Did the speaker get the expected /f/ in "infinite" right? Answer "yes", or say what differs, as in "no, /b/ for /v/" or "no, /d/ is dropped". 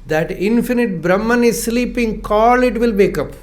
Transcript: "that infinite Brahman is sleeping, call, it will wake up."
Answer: yes